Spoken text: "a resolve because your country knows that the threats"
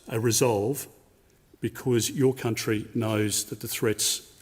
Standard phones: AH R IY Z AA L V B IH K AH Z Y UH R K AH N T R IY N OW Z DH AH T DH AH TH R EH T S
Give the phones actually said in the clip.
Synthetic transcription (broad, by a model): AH R IY Z AA L V B IH K AH Z Y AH R K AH N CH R IY N OW Z DH AH T DH AH TH R EH T S